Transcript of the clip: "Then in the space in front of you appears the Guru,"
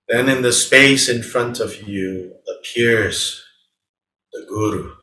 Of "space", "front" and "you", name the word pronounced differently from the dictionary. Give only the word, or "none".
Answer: none